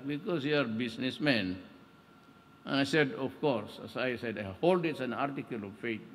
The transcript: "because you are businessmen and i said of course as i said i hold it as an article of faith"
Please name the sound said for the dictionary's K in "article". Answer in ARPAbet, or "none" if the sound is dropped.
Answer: K